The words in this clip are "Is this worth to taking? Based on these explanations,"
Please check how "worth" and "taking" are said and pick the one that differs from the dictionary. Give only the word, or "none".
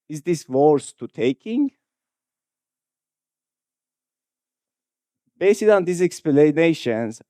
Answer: worth